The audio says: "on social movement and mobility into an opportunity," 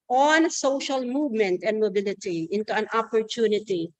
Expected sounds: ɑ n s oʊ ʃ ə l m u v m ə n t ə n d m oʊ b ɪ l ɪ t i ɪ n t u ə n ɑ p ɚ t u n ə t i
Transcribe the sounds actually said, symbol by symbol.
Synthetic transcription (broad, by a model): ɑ n s oʊ ʃ ə l m u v m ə n t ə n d m oʊ b ɪ l ɪ t i ɪ n t u ə n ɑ p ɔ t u n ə t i